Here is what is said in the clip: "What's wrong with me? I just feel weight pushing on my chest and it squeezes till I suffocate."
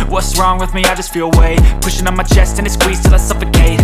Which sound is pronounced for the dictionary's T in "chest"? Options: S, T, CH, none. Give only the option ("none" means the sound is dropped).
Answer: T